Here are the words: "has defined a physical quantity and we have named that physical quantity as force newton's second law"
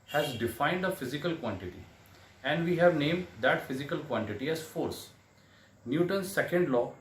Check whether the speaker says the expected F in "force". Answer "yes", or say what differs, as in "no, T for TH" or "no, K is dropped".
yes